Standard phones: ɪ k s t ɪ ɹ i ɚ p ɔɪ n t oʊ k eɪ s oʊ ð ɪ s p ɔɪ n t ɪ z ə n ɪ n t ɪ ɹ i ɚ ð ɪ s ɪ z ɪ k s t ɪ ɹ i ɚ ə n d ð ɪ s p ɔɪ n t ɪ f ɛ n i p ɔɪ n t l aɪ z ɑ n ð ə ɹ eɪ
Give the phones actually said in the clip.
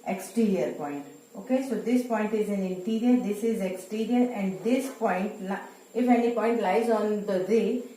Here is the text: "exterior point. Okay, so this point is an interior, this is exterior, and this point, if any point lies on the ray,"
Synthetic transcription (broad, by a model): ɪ k s t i ɹ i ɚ p ɔɪ n t oʊ k eɪ s oʊ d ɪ s p ɔɪ n t ɪ z ə n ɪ n t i ɹ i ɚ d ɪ s ɪ z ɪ k s t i ɹ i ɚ ə n d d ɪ s p ɔɪ n t ɪ f ɛ n i p ɔɪ n t l aɪ z ɑ n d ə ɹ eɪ